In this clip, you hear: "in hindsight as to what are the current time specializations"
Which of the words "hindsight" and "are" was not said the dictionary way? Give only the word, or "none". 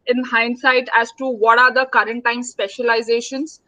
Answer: none